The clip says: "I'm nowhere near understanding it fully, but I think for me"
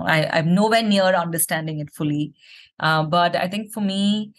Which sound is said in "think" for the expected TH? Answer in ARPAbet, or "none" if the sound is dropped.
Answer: T